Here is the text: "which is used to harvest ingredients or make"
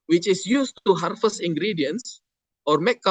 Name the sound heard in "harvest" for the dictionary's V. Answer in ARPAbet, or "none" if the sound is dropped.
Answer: F